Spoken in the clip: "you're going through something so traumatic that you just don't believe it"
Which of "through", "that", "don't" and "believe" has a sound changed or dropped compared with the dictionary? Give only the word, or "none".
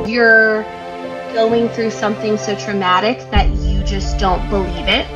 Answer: none